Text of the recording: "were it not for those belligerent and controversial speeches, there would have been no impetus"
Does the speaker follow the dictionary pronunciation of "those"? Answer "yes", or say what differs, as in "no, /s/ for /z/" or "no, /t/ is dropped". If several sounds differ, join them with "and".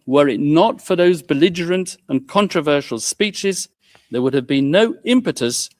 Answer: yes